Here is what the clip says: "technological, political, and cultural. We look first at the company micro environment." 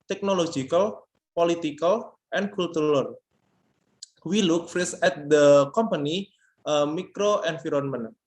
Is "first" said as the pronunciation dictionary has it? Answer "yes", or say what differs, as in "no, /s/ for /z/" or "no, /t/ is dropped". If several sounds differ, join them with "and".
no, /t/ is dropped